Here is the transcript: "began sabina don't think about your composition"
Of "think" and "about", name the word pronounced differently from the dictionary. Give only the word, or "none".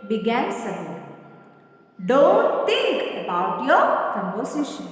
think